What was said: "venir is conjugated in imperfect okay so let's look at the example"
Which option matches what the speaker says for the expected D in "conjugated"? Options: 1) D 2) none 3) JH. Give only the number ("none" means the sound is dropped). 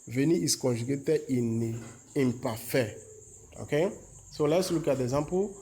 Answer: 2